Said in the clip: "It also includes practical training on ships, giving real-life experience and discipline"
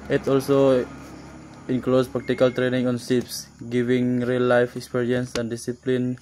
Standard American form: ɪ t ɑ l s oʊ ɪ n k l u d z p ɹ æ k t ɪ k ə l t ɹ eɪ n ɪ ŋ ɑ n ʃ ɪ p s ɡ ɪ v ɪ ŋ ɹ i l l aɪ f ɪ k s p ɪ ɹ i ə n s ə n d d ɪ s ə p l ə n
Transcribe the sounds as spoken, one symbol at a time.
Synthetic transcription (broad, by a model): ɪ t ɑ l s oʊ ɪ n k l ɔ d s p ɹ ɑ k t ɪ k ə l t ɹ eɪ n ɪ ŋ ɑ n s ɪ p s ɡ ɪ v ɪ ŋ ɹ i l l aɪ f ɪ k s p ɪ ɹ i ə n s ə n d d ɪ s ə p l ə n